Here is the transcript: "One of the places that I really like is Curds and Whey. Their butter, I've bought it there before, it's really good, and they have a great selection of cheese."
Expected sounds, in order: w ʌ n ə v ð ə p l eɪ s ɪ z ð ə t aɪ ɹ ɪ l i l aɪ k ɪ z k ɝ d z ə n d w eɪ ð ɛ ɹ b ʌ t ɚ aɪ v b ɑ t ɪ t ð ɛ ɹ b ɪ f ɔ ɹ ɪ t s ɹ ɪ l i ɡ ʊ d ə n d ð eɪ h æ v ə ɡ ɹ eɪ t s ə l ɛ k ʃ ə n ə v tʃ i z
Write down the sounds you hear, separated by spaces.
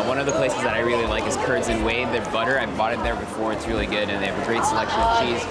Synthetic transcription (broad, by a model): w ʌ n ə v ð ə p l eɪ s ɪ z ð ə t aɪ ɹ ɪ l i l aɪ k ɪ z k ɝ d z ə n w eɪ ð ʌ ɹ b ʌ t ɚ aɪ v b ɑ t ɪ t ð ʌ ɹ b ɪ f ɔ ɹ ɪ t s ɹ ɪ l i ɡ ʊ d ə n ð eɪ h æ v ə ɡ ɹ eɪ t s ə l ɛ k ʃ ə n ə v tʃ i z